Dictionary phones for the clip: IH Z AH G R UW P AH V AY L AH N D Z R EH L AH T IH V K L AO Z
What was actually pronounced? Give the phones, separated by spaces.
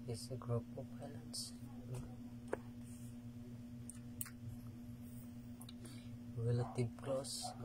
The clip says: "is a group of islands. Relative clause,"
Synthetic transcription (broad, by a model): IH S AH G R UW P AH P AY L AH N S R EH L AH T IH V K L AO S